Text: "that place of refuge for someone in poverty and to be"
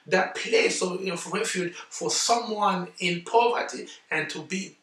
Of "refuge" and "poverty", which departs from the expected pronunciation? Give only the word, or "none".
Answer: none